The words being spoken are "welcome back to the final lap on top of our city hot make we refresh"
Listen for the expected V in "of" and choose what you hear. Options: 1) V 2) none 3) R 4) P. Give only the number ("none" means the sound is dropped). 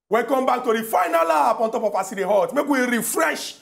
4